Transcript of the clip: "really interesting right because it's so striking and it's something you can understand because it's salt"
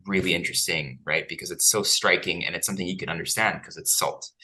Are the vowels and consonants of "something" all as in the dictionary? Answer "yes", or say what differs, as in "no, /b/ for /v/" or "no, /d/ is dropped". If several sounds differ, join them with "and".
yes